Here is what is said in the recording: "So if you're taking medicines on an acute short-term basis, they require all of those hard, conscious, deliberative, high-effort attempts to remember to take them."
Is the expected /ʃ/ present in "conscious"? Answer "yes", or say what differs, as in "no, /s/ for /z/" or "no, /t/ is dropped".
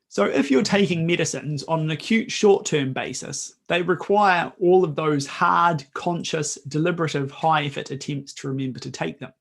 yes